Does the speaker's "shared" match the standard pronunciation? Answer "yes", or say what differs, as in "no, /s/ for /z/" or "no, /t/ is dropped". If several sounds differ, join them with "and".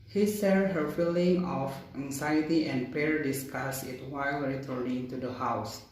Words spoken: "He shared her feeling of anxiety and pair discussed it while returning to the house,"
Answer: no, /s/ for /ʃ/